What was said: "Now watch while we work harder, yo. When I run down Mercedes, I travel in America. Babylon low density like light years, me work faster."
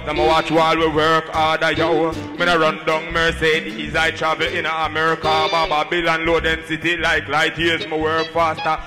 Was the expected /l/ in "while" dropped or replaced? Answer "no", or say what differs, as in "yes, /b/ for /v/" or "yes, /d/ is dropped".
no